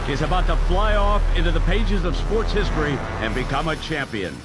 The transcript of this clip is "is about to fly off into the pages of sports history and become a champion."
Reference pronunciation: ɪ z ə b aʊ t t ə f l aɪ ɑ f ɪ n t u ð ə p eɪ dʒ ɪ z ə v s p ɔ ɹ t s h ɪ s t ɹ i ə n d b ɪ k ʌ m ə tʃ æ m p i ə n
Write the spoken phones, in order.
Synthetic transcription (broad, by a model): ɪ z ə b aʊ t t ə f l aɪ ɑ f ɪ n t u ð ə p eɪ dʒ ɪ z ə v s p ɔ ɹ t s h ɪ s t ɹ i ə n b ɪ k ʌ m ə tʃ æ m p i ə n